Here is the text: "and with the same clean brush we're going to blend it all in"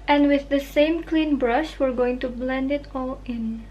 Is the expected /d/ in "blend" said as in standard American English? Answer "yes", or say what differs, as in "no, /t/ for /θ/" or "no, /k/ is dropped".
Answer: yes